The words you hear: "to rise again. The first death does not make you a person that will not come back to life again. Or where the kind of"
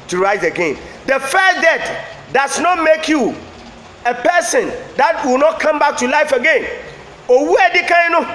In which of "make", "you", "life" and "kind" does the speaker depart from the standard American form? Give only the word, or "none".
kind